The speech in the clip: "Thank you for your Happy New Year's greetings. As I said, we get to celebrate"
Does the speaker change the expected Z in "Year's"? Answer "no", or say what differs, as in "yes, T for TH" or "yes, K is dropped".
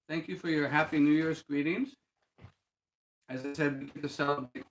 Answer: yes, S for Z